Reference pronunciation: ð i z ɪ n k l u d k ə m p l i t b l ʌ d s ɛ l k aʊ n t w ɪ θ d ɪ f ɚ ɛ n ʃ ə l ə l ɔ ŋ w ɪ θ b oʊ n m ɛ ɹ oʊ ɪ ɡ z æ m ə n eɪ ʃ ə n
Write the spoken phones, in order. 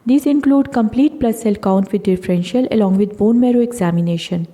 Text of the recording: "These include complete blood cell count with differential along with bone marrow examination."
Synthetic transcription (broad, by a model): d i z ɪ n k l u d k ə m p l i t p l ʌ s ɛ l k aʊ n t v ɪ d d ɪ f ɚ ɛ n ʃ ə l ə l ɔ ŋ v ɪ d b oʊ n m ɛ ɹ oʊ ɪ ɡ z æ m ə n eɪ ʃ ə n